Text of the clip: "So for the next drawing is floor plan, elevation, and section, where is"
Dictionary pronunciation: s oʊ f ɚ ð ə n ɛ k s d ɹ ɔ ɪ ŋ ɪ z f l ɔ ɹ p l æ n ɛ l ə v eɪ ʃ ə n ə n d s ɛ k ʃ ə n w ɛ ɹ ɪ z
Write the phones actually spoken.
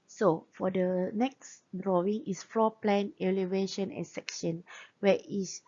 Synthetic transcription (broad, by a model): s oʊ f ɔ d ə n ɛ k s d ɹ ɔ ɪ ŋ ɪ s f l ɔ p l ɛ n ɛ l ə v eɪ ʃ ə n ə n s ɛ k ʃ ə n w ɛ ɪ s